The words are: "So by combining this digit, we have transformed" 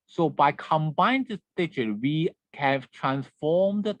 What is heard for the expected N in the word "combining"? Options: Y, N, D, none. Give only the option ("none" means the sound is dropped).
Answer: none